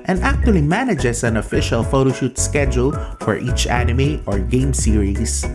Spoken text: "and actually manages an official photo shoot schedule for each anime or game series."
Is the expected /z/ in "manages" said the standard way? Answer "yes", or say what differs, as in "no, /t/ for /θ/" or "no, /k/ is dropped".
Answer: no, /s/ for /z/